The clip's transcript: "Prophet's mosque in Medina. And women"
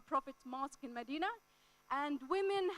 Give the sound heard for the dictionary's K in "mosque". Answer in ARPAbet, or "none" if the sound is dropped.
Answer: K